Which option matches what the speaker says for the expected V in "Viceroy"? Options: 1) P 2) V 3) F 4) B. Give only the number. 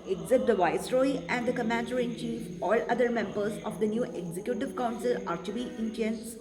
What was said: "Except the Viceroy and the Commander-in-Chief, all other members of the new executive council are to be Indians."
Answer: 2